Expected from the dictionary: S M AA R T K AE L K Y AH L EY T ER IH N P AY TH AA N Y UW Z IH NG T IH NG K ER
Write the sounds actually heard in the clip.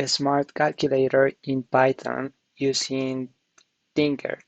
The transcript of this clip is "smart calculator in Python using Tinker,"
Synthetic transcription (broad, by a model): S M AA R T K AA L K Y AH L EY T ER IH N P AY T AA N Y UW S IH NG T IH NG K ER